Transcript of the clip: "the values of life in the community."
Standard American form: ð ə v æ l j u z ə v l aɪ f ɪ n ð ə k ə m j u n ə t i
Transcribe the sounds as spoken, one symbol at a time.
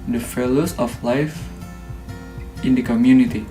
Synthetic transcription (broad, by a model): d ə f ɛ l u s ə f l aɪ f ɪ n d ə k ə m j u n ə t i